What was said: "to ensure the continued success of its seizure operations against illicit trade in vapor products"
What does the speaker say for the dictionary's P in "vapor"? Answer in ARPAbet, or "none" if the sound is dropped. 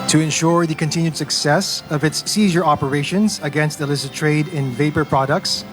P